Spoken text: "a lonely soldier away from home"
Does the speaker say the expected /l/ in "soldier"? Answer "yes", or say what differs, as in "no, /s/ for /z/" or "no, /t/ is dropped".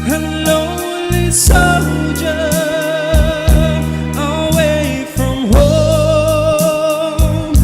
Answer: no, /l/ is dropped